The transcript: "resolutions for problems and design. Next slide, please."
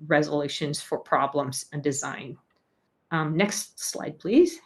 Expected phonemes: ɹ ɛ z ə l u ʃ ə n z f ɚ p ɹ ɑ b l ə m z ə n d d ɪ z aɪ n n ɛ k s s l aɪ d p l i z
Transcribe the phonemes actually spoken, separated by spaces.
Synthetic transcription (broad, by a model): ɹ ɛ z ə l u ʃ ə n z f ɚ p ɹ ɑ b l ə m z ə n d d ɪ z aɪ n n ɛ k s s l aɪ d p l i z